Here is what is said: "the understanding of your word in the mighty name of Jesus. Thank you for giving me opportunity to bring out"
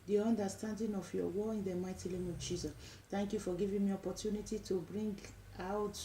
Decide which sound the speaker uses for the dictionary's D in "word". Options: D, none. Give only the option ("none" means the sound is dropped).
none